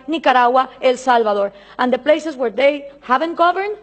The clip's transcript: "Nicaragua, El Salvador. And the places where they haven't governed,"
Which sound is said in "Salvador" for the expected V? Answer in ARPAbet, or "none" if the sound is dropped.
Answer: B